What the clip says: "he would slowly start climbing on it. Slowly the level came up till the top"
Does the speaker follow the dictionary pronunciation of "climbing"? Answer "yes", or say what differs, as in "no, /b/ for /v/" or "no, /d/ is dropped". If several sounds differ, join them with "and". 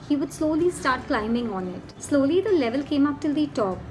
yes